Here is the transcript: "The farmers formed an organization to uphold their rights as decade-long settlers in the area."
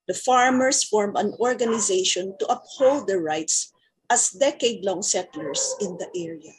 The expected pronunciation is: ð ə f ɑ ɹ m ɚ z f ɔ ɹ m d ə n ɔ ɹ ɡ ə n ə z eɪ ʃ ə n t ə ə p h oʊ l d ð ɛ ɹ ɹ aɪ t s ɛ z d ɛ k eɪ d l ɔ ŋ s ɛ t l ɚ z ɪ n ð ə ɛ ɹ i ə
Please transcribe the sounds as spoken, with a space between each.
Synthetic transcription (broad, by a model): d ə f ɑ ɹ m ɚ s f ɔ ɹ m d ə n ɔ ɹ ɡ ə n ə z eɪ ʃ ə n t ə ə p h oʊ l d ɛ ɹ ɹ aɪ t s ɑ s d ɛ k eɪ d l ɔ ŋ s ɛ t l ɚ s ɪ n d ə ɛ ɹ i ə